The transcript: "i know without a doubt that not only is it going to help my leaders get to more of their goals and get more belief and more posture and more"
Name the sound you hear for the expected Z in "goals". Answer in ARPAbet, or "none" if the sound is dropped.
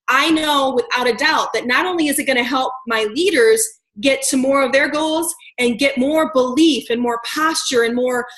Z